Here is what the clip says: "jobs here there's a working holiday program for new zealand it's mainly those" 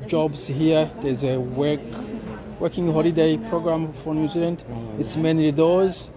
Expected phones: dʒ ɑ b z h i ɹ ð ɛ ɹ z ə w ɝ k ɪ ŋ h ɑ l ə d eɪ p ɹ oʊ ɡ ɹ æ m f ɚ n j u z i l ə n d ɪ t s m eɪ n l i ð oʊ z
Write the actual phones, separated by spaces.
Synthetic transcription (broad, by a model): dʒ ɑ b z h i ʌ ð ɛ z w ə w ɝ k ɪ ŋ h ɑ l ə d eɪ p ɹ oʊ ɡ ɹ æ m f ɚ n j u z i l ə n d ɪ t s m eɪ n i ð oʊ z